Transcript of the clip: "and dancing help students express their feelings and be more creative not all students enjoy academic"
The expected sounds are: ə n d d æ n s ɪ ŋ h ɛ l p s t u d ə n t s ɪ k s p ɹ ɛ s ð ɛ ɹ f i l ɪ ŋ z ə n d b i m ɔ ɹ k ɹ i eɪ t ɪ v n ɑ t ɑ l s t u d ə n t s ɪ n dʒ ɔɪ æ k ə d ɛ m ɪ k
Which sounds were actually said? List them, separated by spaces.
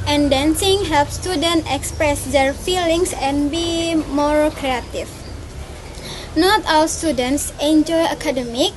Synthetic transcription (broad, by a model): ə n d d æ n s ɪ ŋ h ɛ l p s t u d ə n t ɪ k s p ɹ ɛ s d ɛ ɹ f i l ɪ ŋ s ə n b i m ɔ ɹ k ɹ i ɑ t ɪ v n ɑ t ɑ l s t u d ə n t s ɪ n dʒ ɔɪ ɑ k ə d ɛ m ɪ k